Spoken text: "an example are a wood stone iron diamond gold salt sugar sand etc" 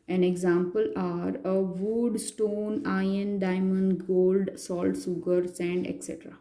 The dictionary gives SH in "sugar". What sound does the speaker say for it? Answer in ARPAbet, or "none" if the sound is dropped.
S